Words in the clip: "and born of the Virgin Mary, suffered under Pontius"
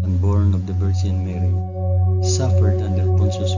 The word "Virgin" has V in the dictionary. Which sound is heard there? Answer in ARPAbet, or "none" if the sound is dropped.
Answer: B